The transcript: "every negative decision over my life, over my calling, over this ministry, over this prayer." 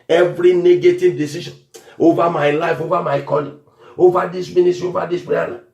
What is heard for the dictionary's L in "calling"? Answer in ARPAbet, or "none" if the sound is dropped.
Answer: N